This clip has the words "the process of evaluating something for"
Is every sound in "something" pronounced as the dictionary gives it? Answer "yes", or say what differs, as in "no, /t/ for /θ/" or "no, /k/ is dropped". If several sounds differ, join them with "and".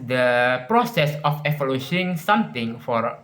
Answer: no, /t/ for /θ/